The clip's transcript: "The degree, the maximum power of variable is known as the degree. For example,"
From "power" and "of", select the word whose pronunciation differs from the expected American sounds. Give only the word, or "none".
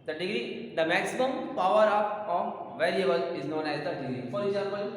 of